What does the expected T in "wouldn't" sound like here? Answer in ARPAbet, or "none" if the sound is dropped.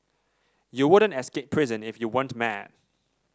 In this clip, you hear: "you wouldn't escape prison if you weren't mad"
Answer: T